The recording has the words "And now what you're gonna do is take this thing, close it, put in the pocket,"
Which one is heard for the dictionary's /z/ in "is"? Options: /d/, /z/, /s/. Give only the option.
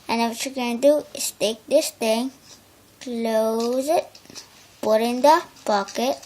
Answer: /s/